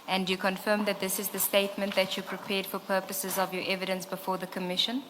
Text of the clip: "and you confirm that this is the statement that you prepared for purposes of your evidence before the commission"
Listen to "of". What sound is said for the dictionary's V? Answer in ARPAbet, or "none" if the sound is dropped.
V